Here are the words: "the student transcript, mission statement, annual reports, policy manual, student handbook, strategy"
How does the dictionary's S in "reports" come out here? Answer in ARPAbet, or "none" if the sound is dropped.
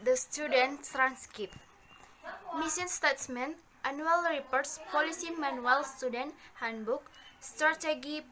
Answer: S